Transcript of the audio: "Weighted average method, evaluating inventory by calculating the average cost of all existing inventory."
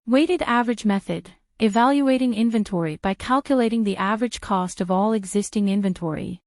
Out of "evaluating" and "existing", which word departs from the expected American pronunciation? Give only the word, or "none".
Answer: none